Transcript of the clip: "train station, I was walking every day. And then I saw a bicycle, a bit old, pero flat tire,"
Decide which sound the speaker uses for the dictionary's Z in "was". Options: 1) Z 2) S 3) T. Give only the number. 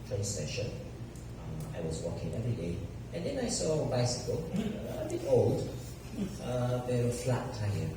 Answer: 1